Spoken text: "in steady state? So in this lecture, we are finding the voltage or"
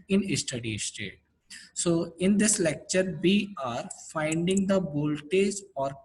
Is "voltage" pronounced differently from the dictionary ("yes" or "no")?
yes